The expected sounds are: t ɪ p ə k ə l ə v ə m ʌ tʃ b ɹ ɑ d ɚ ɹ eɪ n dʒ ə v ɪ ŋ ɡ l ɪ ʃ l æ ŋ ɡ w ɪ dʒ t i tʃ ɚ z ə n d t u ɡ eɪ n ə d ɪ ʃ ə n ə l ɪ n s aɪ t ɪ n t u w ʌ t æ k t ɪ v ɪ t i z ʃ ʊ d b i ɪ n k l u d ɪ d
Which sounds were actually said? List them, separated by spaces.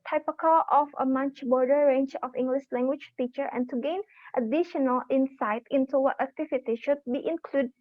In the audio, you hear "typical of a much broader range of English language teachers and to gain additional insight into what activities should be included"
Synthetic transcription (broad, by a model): t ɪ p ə k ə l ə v ə m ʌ tʃ b ɑ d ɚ ɹ eɪ n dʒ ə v ɪ ŋ ɡ l ɪ ʃ l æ ŋ ɡ w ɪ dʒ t i tʃ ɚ ə n t u ɡ eɪ n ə d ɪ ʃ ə n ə l ɪ n s aɪ t ɪ n t u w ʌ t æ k t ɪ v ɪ t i ʃ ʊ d b i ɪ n k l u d d